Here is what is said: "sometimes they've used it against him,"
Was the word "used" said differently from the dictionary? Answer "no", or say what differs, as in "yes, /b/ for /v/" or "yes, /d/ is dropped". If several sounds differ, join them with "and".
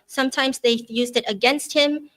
no